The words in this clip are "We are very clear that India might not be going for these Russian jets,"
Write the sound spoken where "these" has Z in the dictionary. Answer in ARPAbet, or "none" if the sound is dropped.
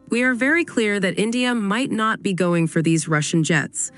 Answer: Z